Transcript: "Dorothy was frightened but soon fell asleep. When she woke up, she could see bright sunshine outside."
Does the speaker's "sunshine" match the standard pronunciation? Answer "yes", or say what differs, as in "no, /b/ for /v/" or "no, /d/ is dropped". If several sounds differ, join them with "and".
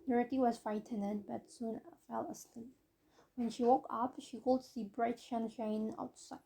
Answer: no, /ʃ/ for /s/